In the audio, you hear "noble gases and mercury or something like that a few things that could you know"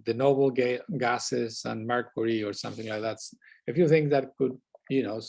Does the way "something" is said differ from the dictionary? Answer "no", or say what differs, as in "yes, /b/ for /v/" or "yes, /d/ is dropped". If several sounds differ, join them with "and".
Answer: no